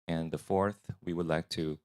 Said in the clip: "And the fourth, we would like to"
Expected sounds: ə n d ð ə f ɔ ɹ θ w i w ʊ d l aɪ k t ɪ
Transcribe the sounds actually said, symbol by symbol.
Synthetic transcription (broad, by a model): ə n ð ə f ɔ ɹ θ w i w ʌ d l aɪ k t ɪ